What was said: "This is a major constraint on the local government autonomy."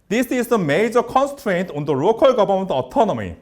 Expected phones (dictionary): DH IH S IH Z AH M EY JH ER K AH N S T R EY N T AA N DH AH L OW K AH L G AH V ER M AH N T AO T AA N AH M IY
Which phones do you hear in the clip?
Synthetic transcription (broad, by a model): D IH S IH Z AH M EY JH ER K AH N S T R EY N T AA N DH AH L OW K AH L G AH B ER M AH N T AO T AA N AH M IY